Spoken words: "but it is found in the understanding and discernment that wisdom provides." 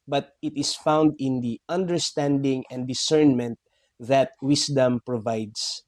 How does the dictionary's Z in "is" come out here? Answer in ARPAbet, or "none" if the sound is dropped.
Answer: S